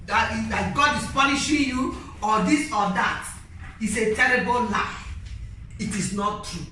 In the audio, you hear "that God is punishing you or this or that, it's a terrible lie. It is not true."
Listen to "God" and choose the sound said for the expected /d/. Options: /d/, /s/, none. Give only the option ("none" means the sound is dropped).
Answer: /d/